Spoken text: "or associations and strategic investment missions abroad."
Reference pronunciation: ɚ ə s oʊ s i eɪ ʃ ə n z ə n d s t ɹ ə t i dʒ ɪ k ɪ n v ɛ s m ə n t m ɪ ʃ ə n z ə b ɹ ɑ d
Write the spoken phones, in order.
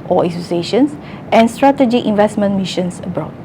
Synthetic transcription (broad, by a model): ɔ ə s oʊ s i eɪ ʃ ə n s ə n s t ɹ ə t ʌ dʒ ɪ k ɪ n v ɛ s m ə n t m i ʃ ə n s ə b ɹ ɑ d